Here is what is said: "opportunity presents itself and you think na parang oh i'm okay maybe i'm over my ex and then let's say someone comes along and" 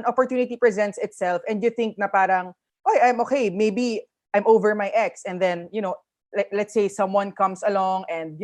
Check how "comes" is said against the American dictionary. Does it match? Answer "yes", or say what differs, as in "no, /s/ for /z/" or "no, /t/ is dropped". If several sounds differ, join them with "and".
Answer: no, /s/ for /z/